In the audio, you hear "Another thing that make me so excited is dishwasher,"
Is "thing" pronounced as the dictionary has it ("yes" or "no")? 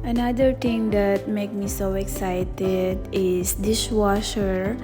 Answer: no